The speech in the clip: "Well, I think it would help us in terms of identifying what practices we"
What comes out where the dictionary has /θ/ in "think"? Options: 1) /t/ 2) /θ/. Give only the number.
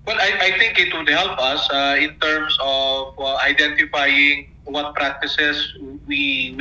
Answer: 1